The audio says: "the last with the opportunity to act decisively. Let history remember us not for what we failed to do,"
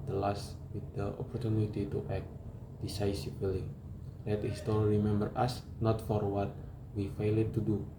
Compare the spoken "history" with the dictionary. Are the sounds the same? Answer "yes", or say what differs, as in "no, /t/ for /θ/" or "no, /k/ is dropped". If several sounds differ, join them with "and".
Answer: no, /ɹ/ is dropped